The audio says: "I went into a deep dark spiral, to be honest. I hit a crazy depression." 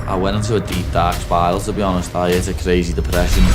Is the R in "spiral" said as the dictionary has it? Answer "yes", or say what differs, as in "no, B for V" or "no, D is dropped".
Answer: no, R is dropped